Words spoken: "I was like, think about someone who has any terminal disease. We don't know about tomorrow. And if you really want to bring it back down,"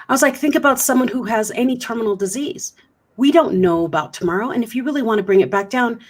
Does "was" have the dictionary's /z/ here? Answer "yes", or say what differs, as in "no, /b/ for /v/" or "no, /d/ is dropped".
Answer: yes